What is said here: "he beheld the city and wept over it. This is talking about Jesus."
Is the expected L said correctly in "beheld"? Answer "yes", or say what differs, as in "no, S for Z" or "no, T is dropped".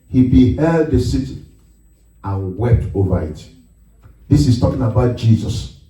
yes